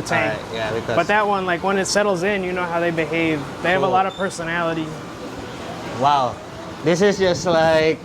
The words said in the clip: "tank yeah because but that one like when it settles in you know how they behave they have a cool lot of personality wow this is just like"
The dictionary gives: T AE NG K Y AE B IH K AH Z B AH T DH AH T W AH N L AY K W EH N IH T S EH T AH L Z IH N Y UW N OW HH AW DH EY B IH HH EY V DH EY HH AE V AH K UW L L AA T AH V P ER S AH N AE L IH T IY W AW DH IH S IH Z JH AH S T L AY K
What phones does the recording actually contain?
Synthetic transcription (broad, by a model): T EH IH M Y AE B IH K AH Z B AH T DH AH T W AH N L AY K W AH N IH T S EH T L Z IH N Y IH N OW HH AW DH EY B IH HH EY V DH EY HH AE V AH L L AA T AH V P ER S AH N AE L IH T IY W AW DH IH S IH Z JH AH S T L AY K